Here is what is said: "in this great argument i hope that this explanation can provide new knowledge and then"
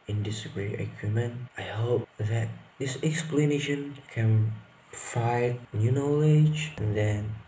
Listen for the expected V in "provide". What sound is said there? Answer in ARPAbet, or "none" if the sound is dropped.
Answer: none